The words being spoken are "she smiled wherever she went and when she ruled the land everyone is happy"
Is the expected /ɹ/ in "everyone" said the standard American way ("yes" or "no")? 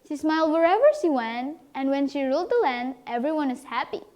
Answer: yes